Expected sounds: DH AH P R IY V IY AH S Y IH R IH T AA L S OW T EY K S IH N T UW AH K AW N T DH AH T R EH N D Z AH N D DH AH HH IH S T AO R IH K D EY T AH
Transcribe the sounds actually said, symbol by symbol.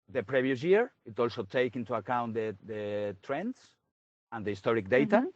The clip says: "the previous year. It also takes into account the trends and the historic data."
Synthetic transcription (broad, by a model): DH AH P R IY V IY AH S Y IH R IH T AA L S OW T EY K IH N T UW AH K AW N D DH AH T R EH N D S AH N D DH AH HH IH S T AO R IH K D EY T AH